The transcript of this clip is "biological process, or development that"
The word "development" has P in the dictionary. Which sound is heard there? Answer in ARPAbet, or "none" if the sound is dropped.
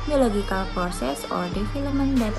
none